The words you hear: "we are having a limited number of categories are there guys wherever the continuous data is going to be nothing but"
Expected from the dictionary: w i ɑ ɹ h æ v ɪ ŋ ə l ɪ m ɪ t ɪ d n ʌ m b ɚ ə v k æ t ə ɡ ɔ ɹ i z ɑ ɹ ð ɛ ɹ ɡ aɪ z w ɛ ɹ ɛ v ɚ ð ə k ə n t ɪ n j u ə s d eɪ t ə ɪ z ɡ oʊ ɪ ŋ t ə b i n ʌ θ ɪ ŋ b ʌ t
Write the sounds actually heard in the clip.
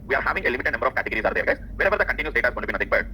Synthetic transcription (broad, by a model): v i ɑ ɹ h æ v ɪ ŋ ə l ɪ m ɪ t ɪ d n ʌ m b ɚ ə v k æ t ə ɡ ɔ ɹ i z ɑ ɹ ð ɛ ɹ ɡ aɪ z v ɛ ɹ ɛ v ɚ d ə k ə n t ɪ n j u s d eɪ t ə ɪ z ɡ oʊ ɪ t b i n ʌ t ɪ ŋ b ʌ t